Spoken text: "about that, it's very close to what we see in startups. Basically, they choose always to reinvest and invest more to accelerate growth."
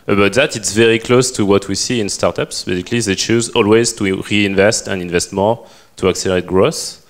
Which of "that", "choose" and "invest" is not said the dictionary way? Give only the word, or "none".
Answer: none